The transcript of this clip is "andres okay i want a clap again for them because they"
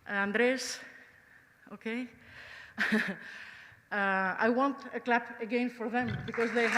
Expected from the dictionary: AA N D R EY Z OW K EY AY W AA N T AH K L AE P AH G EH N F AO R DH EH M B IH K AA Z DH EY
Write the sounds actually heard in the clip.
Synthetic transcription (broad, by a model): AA N D R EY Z OW K EY AY W AA N T AH K L AE P AH G EH N F AO R DH EH M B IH K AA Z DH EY